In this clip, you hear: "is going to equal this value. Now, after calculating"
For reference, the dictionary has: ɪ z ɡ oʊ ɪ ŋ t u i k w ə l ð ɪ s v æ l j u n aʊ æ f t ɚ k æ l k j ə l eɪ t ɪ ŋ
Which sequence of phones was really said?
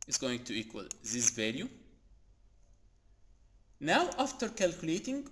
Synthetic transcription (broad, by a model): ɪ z ɡ oʊ ɪ ŋ t u i k w ə l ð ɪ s v æ l j u n aʊ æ f t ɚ k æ l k j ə l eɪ t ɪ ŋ